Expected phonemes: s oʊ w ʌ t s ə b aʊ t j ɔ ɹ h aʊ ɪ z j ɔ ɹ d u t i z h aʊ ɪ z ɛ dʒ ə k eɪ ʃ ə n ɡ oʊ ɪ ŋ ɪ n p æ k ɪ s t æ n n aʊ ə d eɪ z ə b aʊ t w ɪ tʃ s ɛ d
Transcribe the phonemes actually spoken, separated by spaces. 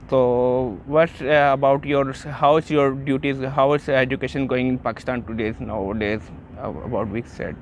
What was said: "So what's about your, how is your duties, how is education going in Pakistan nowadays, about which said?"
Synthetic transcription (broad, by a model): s oʊ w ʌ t ə b aʊ t j ɔ ɹ h aʊ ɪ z j ɔ ɹ d u t i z h aʊ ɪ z ɛ dʒ ə k eɪ ʃ ə n ɡ oʊ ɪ ŋ ɪ n p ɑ k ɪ s t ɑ n n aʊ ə d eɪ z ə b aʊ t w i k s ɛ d